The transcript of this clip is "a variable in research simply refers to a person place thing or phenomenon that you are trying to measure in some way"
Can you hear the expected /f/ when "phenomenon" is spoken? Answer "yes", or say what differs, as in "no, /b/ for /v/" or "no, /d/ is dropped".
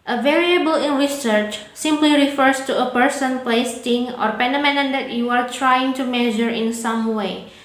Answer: no, /p/ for /f/